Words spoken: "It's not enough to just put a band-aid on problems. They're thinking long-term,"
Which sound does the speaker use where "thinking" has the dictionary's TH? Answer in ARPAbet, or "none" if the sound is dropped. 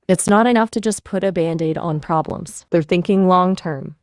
TH